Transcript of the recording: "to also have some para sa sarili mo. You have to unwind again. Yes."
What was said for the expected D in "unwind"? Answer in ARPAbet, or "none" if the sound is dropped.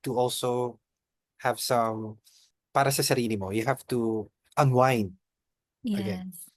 none